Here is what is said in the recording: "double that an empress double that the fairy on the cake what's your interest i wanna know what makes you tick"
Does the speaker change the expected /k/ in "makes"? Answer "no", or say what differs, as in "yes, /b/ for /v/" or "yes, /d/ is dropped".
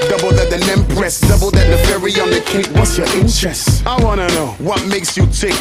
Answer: no